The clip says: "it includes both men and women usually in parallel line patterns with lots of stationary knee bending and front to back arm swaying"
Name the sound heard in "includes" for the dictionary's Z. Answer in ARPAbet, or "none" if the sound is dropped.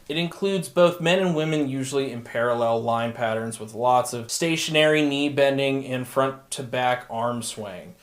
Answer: Z